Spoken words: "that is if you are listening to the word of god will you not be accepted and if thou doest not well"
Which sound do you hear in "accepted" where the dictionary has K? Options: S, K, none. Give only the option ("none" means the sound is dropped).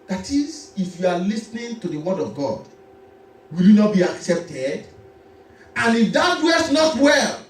K